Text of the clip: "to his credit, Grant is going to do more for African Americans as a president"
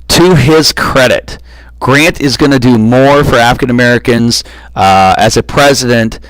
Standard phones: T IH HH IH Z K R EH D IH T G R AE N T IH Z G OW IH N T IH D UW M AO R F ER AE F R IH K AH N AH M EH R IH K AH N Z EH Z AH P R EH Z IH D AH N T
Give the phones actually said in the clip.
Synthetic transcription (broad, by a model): T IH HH IH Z K R EH D IH T G R AE N T IH Z G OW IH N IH D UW M AO R F ER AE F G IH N AH M EH R IH K AH N Z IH Z AH P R EH Z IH D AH N T